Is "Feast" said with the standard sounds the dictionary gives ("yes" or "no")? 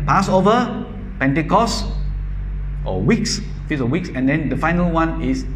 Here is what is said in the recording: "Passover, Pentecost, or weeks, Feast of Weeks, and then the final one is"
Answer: no